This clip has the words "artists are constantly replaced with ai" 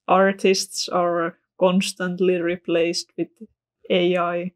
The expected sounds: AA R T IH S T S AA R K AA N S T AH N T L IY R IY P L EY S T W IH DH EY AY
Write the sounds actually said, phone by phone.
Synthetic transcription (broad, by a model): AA R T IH S T S AA R K AA N S T AH N T L IY R IY P L EY S T W IH DH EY AY